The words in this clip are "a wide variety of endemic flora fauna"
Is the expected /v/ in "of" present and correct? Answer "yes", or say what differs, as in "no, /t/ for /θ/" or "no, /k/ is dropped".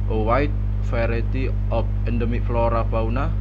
no, /p/ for /v/